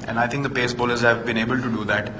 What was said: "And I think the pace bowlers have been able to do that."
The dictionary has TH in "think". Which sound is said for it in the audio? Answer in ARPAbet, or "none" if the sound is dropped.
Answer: T